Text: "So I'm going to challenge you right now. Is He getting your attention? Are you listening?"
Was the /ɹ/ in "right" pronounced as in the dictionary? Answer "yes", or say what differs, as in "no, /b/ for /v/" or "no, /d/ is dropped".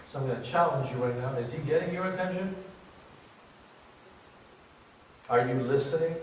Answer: no, /w/ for /ɹ/